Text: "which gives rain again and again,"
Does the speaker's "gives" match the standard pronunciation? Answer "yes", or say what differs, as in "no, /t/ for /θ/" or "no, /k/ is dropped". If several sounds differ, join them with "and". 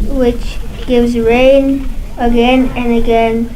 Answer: yes